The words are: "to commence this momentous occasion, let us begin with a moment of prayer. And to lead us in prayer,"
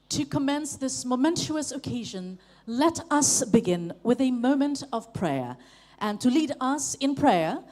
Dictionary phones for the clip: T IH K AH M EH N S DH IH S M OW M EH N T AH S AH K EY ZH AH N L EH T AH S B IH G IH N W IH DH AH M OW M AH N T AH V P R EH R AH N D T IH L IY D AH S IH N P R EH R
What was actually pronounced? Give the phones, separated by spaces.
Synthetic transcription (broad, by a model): T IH K AH M EH N S DH IH S M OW M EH N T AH S AH K EY ZH AH N L EH T AH S B IH G IH N W IH DH AH M OW M AH N T AH V P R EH R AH N T IH L IY D AH S IH N P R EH R